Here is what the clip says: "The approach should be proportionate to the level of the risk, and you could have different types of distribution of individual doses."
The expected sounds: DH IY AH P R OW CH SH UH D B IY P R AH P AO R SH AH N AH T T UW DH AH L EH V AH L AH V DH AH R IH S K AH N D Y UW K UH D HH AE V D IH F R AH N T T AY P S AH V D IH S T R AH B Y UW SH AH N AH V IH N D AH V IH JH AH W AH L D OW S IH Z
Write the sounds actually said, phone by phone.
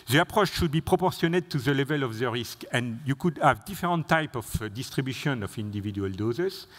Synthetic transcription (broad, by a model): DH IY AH P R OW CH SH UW D B IY P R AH P AO R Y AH N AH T T UW DH AH L EH V AH L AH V DH AH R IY S K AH N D Y UW K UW D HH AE V D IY F R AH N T T AY P AH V D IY S T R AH B Y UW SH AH N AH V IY N D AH V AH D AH L D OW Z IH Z